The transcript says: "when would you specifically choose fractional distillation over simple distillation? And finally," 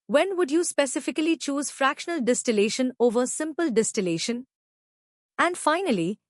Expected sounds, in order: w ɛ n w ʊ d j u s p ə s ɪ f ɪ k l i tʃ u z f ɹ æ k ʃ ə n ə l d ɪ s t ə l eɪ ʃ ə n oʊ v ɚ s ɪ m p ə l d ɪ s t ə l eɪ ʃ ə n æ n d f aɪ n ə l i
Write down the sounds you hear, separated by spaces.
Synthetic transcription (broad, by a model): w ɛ n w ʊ d j u s p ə s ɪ f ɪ k l i tʃ u z f ɹ æ k ʃ ə n ə l d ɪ s t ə l eɪ ʃ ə n oʊ v ɚ s ɪ m p ə l d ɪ s t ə l eɪ ʃ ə n æ n d f aɪ n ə l i